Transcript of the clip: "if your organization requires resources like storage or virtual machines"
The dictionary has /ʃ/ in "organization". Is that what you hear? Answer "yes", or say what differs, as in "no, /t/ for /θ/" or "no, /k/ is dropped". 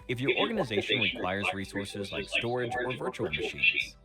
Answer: yes